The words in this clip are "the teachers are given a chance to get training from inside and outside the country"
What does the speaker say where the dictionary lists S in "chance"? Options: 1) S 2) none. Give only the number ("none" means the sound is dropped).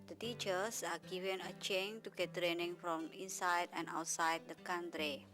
2